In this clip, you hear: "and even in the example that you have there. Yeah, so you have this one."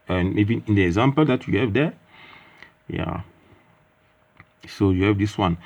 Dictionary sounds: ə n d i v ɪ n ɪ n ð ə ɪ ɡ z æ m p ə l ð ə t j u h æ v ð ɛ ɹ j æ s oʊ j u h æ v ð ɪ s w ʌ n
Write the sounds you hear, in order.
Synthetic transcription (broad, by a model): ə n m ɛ b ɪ ɪ n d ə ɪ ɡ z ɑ m p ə l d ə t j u h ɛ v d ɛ j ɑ s oʊ j u h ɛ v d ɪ s w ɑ n